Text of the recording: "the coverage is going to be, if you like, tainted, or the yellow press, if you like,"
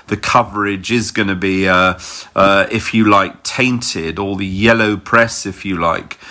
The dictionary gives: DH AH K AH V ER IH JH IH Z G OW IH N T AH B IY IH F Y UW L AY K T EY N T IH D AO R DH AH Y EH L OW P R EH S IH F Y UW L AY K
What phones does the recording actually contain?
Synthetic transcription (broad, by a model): DH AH K AH V ER IH JH IH Z G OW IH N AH B IY IH F Y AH L AY K T EY N T IH D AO L DH AH Y EH L OW P R EH S IH F Y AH L AY K